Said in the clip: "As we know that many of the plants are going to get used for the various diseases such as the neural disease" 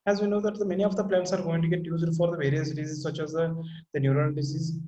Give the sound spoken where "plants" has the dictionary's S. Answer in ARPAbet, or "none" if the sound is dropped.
S